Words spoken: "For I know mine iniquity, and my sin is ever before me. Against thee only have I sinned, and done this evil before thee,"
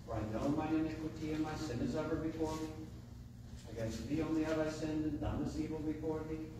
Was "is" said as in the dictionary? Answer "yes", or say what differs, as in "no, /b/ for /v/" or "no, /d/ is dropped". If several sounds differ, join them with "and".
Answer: yes